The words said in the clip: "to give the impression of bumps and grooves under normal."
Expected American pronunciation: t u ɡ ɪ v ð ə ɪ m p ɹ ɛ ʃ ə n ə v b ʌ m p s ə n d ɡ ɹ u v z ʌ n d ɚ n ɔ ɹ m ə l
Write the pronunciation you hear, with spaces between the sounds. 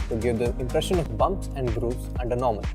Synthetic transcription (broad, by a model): t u ɡ ɪ v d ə ɪ m p ɹ ɛ ʃ ə n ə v b ʌ m p s ə n d ɡ ɹ u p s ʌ n d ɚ n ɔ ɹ m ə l